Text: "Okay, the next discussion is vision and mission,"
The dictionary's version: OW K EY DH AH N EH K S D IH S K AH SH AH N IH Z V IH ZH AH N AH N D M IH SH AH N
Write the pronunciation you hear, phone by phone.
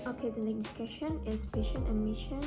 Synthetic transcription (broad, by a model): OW K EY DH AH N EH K D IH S K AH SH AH N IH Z P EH SH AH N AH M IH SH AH N